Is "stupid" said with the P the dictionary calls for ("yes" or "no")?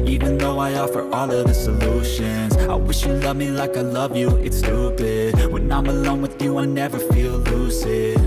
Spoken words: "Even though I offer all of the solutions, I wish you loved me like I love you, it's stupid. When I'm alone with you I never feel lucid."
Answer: no